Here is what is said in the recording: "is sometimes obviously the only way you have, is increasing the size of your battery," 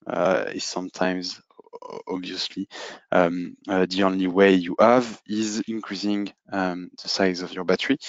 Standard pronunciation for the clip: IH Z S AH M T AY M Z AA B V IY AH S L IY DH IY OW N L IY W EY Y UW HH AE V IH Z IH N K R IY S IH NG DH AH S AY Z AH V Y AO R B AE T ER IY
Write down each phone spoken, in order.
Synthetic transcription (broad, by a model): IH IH S AH M T AY M Z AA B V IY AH S L IY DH IY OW N L IY W EY Y UW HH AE V IH Z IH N K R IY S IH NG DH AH S AY Z AH V Y AO R B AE T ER IY